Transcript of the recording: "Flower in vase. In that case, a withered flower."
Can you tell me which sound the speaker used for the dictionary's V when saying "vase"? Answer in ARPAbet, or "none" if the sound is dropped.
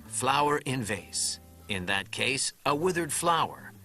V